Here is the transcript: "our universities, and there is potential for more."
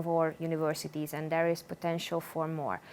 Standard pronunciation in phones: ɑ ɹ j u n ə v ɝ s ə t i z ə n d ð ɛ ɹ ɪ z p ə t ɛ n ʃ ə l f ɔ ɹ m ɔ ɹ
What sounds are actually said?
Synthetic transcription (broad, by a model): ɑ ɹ j u n ə v ɝ s ə t i z ə n d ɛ ɹ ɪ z p ə t ɛ n ʃ ə l f ɔ ɹ m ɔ ɹ